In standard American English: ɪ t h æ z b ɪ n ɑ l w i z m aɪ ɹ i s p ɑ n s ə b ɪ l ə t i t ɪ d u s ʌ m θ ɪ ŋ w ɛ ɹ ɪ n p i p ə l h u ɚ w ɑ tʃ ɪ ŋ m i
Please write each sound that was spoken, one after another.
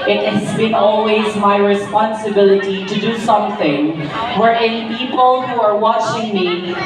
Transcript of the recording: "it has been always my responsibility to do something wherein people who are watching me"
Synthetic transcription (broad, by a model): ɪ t h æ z b ɪ n ɑ l w i z m aɪ ɹ i s p ɑ n s ə b ɪ l ə t i t ɪ d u s ʌ m θ ɪ ŋ w ɛ ɹ ɪ n p i p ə l h u ɚ w ɑ tʃ ɪ ŋ m i